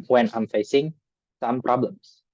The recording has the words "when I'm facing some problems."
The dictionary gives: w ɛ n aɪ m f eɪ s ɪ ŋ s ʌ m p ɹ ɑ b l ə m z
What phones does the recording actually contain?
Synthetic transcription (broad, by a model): w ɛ n aɪ m f eɪ s ɪ ŋ s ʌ m p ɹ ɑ b l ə m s